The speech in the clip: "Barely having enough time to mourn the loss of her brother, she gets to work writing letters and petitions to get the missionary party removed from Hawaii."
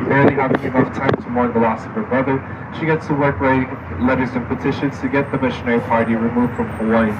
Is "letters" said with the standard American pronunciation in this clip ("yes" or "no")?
yes